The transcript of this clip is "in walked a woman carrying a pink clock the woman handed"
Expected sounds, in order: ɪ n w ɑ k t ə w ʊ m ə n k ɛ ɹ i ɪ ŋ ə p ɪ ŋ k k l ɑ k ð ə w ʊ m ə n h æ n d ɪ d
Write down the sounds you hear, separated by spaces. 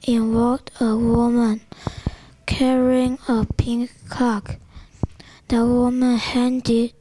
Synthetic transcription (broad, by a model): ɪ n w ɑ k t ə w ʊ m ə n k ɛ ɹ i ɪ ŋ ə p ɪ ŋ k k ɑ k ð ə w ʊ m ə n h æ n d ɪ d